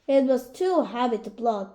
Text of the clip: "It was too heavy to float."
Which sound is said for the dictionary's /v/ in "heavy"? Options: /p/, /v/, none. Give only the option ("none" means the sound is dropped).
/p/